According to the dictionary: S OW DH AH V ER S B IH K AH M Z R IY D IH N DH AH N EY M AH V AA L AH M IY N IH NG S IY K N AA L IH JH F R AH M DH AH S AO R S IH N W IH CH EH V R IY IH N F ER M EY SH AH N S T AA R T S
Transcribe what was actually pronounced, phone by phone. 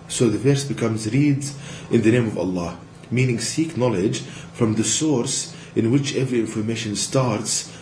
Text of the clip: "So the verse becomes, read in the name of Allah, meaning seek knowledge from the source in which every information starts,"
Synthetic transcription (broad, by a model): S OW DH AH V ER S B IH K AH M Z R IY D IH N DH AH N EY M AH V AA L AH M IY N IH NG S IY K N AA L IH JH F R AH M DH AH S AO R S IH N W IH CH EH V R IY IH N F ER M EY SH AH N S T AA R T S